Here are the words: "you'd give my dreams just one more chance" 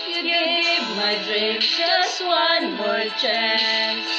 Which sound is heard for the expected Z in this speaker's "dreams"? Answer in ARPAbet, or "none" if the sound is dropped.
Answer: none